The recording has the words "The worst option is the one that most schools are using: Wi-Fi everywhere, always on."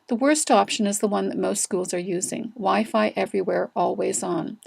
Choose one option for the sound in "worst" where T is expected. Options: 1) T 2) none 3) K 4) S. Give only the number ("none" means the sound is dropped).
1